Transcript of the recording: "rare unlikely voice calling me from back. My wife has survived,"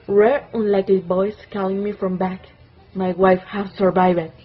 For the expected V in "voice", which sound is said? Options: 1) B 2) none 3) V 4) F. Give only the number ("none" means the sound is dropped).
1